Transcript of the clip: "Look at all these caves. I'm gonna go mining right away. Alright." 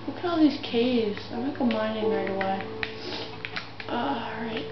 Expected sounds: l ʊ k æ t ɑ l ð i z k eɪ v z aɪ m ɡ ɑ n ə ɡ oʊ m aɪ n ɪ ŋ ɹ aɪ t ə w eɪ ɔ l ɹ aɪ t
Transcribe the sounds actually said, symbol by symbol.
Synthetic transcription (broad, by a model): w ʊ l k ɑ l ð i z k eɪ v z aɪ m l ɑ ə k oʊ m aɪ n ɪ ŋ ɹ aɪ t ə w eɪ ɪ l ɹ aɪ t